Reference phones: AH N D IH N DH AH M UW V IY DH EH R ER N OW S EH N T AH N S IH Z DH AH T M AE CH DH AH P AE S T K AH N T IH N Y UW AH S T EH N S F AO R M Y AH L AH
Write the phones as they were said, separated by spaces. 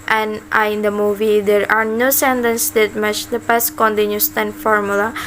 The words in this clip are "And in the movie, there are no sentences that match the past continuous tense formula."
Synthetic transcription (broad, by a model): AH N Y IH N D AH M UW V IY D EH R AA N OW S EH N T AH N S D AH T M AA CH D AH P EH S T K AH N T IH N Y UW S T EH N F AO R M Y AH L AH